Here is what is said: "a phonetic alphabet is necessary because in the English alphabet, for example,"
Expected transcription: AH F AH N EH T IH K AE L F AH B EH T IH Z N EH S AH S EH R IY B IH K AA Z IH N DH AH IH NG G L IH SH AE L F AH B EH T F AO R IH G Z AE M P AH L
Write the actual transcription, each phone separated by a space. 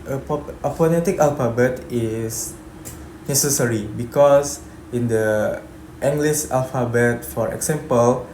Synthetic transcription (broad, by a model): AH P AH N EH T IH K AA L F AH B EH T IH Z N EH S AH S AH R IY B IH K AA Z IH N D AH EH NG G L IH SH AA L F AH B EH T F AO R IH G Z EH M P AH L